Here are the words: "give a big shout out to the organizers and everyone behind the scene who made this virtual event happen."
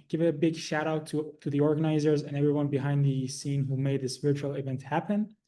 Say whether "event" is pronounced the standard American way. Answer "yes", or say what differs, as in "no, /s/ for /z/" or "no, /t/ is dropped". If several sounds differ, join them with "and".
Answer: yes